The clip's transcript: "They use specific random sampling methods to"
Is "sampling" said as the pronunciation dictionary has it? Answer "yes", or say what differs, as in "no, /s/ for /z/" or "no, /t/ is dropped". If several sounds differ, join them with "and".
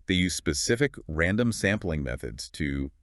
yes